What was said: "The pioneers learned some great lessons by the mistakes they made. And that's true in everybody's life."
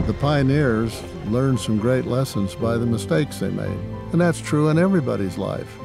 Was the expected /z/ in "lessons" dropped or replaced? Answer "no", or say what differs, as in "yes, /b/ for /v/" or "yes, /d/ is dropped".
no